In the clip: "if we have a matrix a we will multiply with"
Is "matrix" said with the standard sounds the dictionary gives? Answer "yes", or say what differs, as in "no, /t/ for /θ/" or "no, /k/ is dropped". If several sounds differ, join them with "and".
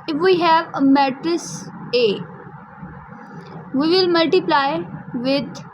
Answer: no, /k/ is dropped